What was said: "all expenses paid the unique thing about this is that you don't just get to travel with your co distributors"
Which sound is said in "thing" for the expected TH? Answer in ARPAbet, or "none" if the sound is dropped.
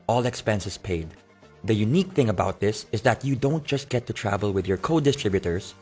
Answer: TH